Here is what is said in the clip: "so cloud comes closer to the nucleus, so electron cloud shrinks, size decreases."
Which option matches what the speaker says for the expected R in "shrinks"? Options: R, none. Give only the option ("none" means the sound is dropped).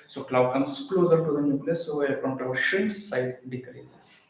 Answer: none